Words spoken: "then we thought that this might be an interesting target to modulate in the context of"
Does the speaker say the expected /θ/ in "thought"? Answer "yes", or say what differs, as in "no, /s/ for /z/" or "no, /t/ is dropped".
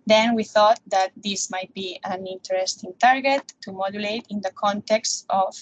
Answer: yes